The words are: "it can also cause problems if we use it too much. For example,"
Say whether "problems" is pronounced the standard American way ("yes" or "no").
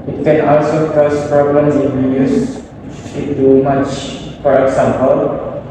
no